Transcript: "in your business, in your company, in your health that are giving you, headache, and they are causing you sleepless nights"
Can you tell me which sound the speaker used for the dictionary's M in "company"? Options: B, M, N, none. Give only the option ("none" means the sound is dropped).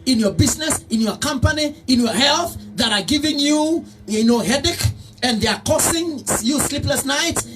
M